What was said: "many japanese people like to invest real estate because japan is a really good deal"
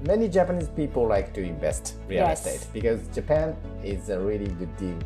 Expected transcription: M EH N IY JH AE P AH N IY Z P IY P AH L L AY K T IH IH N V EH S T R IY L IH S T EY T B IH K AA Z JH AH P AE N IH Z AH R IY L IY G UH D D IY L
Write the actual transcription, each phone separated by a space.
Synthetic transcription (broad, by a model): M EH N IY JH AE P AH N IY Z P IY P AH L L AY K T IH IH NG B EH S T R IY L IH S T EY T B IH K AA Z JH AH P AE N IH Z AH R IY L IY G UH D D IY L